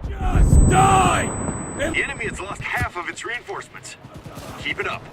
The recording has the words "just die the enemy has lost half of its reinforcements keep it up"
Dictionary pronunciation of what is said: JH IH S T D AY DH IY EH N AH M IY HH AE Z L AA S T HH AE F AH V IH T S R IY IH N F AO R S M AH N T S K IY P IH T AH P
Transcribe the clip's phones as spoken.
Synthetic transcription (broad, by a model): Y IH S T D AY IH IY EH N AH M IY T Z L AA S T HH AE F AH V IH T S R IY IH N F AO R S M AH N T S K IY P IH T AH P